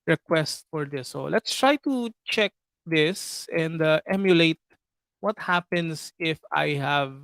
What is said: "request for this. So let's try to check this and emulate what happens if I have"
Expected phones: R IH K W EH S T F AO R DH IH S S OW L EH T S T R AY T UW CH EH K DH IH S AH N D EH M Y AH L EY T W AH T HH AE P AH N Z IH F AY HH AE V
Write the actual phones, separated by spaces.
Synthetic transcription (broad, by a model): R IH K W EH S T F AO R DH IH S S OW L EH T S T R AY T UW CH EH K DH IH S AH N D EH M Y AH L EY T W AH T HH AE P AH N S IH F AY HH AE V